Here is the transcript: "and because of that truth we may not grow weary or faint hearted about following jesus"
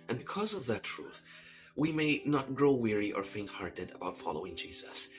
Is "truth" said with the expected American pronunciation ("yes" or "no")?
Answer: yes